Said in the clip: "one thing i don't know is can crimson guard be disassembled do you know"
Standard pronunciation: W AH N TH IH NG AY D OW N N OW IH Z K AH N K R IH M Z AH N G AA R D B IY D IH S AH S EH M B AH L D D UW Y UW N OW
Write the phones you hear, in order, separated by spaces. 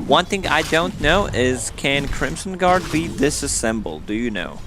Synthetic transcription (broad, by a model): W AH N TH IH NG AY D OW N N OW IH Z K AH N K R IH M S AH N G AA R D B IY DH IH S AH S EH M B L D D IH Y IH N OW